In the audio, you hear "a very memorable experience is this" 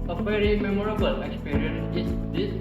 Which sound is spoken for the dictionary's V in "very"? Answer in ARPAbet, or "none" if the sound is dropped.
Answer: F